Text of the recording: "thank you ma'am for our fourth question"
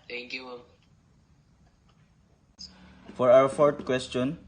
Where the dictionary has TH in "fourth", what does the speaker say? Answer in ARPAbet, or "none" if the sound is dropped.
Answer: T